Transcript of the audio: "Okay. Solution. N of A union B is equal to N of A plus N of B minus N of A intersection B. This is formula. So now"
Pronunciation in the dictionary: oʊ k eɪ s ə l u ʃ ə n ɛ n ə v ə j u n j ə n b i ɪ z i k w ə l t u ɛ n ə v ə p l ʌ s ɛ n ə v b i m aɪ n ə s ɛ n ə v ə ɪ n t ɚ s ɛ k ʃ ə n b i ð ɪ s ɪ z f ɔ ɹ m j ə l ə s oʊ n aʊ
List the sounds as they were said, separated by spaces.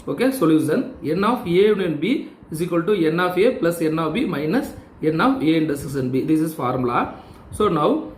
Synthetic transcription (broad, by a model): oʊ k eɪ s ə l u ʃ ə n ɛ n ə f ə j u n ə n b i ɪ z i k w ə l t u ɛ n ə f ə p l ʌ s ɛ n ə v b i m aɪ n ə s ɛ n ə f ə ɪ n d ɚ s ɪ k s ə n b i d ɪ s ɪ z f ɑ ɹ m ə l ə s oʊ n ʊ